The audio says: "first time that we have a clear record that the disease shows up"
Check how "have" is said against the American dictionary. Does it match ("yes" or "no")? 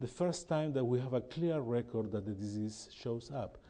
yes